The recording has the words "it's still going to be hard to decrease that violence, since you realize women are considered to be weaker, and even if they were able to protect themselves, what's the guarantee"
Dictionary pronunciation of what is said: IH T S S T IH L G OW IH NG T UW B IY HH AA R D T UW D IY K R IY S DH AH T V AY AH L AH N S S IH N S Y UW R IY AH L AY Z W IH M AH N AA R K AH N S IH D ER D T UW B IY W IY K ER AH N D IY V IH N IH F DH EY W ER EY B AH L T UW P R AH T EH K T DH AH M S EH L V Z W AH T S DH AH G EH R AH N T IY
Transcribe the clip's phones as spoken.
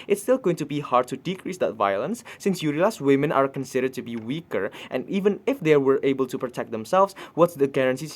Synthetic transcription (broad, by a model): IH T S S T IH L G OW IH NG T UW B IY HH AA R D T UW D IY K R IY S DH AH T V AY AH L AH N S S IH N S Y UW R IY L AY S W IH M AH N AA R K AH N S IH D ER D T UW B IY W IY K ER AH N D IY V IH N IH F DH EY W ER EY B AH L T UW P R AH T EH K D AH M S EH L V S W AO T S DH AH G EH R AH N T IY